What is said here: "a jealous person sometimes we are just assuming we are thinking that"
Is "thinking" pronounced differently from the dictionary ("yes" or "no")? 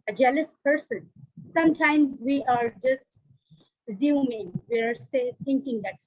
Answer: yes